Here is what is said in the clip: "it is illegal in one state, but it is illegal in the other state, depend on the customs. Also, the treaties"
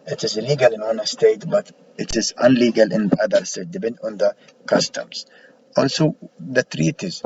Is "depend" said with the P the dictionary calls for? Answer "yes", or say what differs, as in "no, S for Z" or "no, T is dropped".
no, B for P